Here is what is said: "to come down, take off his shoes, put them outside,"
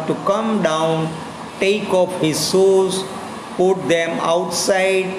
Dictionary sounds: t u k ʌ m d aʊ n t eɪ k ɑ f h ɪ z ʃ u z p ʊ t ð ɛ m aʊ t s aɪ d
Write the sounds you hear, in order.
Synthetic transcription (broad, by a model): t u k ʌ m d aʊ n t eɪ k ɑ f h ɪ z s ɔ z p ʊ t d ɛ m aʊ t s aɪ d